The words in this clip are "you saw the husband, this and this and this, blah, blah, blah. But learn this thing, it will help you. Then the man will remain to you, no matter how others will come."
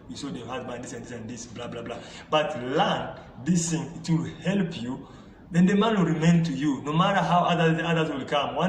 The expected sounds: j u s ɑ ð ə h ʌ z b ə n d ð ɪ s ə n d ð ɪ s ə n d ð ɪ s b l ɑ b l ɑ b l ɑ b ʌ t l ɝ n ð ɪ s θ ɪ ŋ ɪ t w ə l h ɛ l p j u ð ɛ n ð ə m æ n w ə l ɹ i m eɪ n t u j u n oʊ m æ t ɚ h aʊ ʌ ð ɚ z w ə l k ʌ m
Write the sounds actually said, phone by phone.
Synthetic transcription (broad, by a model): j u s ɑ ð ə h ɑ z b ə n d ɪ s ə n d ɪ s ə n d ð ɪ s b l ɑ b l ɑ b l ɑ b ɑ t l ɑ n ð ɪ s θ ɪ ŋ ɪ t w ə l h ɛ l p j u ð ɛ n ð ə m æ n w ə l ɹ i m eɪ n t u j u n oʊ m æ t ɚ h aʊ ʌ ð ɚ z w ə l k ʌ m